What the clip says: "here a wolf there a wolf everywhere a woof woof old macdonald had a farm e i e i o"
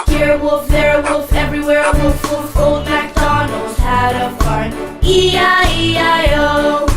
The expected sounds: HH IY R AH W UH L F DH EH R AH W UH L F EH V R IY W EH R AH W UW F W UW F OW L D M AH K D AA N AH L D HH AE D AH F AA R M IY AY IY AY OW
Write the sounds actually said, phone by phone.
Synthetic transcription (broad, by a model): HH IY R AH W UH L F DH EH R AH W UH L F EH V R IY W EH R AH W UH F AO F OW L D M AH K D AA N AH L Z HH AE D AH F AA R IY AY IY AY OW